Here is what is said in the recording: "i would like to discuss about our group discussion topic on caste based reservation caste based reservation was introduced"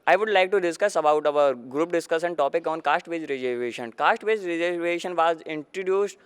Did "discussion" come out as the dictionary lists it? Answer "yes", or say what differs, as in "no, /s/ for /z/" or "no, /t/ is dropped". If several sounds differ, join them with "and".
no, /s/ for /ʃ/